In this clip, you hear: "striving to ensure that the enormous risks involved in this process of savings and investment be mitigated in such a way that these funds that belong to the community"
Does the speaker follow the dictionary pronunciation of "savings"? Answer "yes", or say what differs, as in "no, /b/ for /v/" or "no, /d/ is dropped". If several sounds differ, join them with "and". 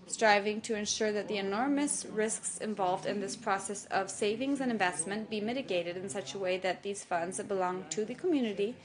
yes